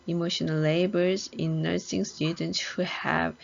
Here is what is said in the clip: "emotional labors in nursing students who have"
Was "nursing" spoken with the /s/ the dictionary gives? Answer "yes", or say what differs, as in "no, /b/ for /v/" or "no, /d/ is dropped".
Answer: yes